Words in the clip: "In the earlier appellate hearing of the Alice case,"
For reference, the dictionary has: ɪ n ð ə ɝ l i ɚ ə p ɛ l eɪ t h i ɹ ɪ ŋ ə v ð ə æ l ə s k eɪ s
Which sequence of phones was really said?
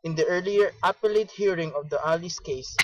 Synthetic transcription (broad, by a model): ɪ n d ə ɝ l i ɚ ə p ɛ l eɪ t h i ɹ ɪ ŋ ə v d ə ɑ l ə s k eɪ s